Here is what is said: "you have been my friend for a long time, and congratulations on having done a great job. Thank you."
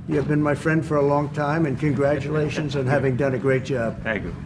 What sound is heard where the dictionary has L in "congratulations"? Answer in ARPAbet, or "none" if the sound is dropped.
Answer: L